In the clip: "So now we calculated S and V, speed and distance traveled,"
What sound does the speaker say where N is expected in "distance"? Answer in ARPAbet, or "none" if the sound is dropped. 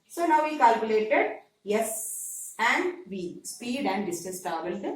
none